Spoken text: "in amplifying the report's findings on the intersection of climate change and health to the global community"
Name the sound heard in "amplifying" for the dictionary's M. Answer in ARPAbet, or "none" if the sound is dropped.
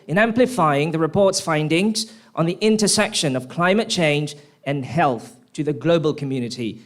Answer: M